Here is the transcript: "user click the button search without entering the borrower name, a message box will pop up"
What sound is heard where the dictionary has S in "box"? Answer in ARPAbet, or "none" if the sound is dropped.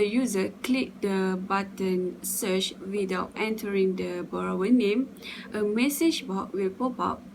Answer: none